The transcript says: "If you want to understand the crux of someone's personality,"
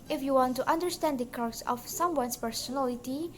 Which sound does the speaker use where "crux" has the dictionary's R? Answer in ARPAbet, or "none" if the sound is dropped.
none